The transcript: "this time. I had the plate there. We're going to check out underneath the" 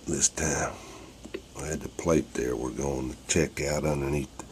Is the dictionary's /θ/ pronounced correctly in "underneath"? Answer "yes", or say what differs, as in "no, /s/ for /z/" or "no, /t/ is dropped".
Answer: yes